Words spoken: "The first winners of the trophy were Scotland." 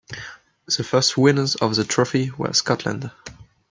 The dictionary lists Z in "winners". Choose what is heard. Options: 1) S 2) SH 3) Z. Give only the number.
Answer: 3